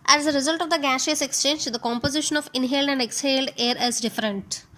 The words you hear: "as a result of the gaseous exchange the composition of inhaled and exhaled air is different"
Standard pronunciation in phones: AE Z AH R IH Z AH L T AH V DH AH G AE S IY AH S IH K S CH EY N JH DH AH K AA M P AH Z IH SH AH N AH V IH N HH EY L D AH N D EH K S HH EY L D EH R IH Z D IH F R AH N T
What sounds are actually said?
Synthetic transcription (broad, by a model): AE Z AH R IH Z AH L T AH V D AH G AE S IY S IH K S CH EY N JH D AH K AA M P AH Z IH SH AH N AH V IH N HH EY L D AH N D EH K S HH EY L D EH R IH Z D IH F R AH N T